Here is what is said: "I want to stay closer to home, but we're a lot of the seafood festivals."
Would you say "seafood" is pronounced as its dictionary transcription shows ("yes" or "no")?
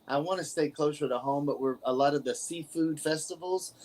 yes